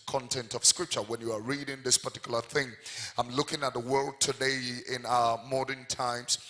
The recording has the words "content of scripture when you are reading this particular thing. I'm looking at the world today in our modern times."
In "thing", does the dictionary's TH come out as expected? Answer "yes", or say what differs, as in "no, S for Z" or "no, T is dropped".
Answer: yes